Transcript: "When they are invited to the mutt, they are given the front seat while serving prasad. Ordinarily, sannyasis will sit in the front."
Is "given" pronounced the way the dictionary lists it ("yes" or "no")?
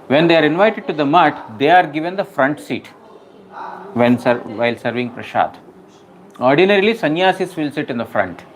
yes